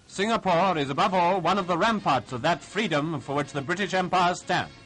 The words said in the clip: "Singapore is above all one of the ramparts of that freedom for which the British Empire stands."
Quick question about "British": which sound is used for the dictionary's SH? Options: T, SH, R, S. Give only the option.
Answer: SH